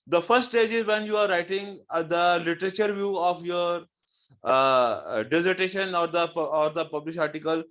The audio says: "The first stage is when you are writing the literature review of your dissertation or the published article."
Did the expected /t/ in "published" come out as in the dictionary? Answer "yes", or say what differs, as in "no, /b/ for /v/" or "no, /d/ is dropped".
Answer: no, /t/ is dropped